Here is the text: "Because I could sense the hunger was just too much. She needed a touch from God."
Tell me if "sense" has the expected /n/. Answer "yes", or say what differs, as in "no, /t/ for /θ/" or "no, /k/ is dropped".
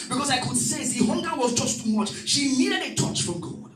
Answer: no, /n/ is dropped